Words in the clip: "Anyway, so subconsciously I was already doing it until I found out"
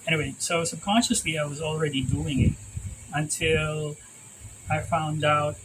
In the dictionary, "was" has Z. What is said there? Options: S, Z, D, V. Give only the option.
Z